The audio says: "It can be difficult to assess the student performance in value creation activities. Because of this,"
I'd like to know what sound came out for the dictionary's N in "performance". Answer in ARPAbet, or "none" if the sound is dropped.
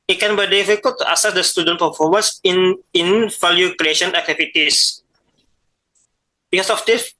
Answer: none